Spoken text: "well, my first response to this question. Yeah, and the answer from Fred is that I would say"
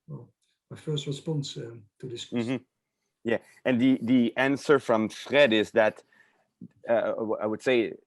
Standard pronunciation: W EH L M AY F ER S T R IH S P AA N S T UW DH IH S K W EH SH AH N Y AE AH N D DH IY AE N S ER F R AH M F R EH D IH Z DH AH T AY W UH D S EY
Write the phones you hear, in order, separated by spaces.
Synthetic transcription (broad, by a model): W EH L M AY F ER S T R IH S P AA N S T UW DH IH S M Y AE AH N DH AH DH IY AE N S ER F R AH M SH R EH D IH Z DH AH T AY W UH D S EY